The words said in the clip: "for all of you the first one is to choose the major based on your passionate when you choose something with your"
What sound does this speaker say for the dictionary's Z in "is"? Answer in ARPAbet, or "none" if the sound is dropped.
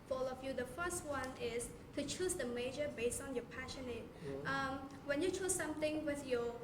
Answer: S